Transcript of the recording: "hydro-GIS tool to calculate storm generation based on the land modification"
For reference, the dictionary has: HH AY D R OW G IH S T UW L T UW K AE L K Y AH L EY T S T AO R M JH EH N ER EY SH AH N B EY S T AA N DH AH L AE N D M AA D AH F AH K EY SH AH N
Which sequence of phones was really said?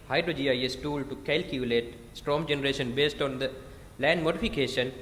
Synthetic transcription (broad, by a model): HH AY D R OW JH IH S T UW L T UW K AE L K Y AH L EY T S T AO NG JH EH N ER EY SH AH N B EY S T AA N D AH L AE N D M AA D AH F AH K EY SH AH N